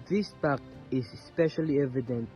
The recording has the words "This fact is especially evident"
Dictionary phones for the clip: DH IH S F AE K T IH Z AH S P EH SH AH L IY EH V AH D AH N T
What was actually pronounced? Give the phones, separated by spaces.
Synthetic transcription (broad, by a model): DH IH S P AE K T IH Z S P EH SH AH L IY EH V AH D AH N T